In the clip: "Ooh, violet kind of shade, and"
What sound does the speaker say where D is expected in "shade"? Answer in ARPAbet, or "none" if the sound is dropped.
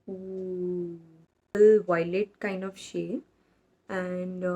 none